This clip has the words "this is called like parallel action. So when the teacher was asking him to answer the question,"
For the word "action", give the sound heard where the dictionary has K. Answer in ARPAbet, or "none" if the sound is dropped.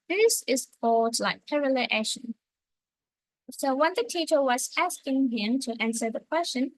none